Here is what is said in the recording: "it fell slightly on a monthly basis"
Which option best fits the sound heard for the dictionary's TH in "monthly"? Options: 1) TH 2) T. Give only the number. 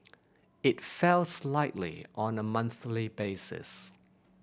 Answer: 1